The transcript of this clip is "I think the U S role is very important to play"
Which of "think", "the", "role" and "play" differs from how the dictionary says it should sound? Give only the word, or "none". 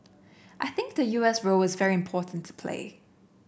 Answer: none